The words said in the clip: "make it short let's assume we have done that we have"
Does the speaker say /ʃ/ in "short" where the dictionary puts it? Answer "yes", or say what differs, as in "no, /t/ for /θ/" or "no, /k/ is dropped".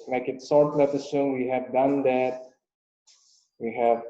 no, /s/ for /ʃ/